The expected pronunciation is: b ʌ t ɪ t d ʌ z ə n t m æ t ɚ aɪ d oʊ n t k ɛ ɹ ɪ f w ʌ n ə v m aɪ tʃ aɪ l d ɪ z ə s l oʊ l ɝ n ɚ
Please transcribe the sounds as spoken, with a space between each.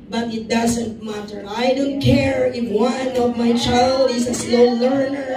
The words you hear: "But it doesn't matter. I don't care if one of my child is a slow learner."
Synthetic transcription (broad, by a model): b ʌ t ɪ t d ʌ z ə n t m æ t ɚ aɪ d oʊ n t k ɛ ɹ ɪ f w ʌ n ə v m aɪ tʃ aɪ l d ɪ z ə s l oʊ l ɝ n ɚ